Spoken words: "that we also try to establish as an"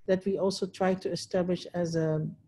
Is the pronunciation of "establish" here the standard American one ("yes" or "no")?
yes